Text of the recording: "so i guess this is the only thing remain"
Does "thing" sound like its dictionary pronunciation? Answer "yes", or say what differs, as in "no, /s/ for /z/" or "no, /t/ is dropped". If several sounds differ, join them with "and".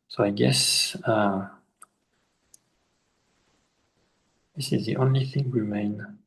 yes